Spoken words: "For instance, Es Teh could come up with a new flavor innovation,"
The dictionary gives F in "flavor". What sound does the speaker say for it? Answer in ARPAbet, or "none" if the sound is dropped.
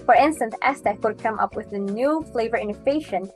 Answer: F